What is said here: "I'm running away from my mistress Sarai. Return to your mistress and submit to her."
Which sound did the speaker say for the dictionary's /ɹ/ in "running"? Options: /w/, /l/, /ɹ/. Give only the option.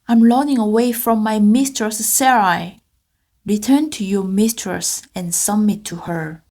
/l/